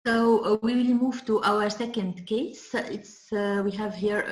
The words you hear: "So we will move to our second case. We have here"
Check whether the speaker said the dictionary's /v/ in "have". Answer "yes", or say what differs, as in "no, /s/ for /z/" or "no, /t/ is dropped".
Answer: yes